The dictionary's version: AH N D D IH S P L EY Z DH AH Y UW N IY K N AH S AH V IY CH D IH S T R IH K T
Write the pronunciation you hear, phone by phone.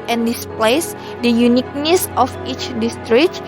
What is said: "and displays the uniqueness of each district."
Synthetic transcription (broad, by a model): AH N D D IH S P L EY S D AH Y UW N IY K N AH S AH F IY CH D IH S T R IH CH